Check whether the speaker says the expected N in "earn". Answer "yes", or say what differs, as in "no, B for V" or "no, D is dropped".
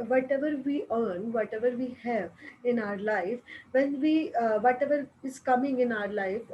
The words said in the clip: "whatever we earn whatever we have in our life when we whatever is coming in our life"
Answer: yes